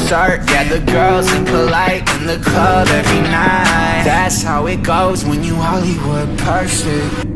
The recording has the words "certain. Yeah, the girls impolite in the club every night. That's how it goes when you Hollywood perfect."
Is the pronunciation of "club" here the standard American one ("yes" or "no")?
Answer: no